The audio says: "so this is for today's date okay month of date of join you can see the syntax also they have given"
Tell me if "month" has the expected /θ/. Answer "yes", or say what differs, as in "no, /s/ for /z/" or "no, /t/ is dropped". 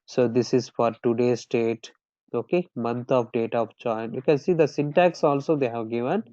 no, /t/ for /θ/